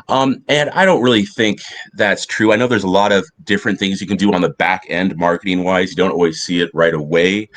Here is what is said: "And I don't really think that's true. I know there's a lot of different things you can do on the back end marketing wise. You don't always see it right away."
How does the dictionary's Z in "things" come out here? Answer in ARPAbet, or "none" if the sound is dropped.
Z